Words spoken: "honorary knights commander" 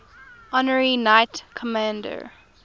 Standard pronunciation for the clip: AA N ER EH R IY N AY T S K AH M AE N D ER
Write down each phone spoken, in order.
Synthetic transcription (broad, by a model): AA N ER R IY N AY T K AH M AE N D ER